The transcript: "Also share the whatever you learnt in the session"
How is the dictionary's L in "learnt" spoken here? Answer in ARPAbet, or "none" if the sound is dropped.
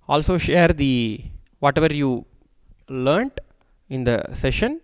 L